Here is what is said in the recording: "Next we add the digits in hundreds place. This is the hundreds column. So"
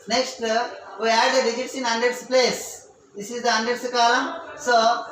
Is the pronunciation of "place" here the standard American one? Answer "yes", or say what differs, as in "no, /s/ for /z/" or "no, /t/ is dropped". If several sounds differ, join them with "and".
yes